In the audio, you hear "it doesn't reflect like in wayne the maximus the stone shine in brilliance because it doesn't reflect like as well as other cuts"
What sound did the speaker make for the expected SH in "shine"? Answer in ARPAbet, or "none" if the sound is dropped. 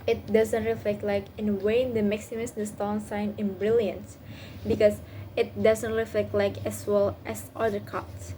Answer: S